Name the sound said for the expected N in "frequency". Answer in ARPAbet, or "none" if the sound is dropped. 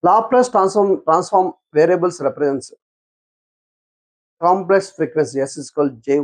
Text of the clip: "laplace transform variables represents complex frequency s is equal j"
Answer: none